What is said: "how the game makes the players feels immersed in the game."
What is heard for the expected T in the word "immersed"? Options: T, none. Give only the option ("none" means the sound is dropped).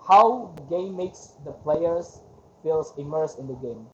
none